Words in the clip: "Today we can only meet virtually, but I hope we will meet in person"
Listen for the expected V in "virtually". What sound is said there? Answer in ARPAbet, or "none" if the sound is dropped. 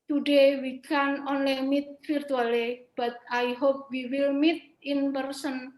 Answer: F